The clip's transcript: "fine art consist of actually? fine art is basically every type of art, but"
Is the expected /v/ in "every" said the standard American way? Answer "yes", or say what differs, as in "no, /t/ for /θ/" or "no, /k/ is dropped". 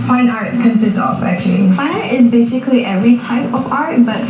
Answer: yes